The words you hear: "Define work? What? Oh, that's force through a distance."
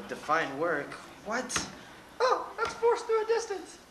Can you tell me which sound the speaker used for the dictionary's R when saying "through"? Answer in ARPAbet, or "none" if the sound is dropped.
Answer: none